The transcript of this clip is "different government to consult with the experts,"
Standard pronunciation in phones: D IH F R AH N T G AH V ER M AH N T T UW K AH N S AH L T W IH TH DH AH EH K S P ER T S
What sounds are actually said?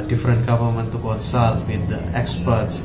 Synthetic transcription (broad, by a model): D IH F R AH N T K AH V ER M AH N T T UW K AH L S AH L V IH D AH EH K S P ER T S